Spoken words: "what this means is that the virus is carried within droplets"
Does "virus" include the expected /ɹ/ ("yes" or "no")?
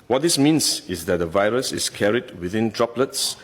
yes